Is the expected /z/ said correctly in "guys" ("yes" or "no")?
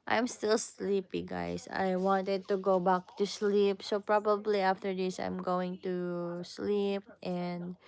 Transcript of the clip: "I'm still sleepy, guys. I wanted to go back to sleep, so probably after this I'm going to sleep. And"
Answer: no